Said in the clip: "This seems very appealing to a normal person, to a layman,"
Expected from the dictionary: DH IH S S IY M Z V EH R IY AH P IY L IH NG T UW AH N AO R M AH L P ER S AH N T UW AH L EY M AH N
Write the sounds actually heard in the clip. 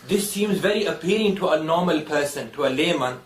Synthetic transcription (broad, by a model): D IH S S IY M Z V EH R IY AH P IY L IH NG T UW AH N AO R M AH L P ER S AH N T UW AH L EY M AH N